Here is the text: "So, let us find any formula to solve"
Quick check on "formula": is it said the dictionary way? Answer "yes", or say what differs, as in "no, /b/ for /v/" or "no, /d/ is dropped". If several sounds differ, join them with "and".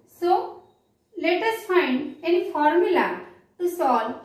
yes